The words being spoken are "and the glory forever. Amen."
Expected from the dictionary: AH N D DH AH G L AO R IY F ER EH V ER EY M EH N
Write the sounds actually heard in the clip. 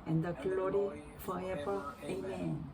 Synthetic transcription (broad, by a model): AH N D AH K L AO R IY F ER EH P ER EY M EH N